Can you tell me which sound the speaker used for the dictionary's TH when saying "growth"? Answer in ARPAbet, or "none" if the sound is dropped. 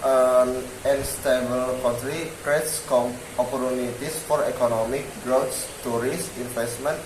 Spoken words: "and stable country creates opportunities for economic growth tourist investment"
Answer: S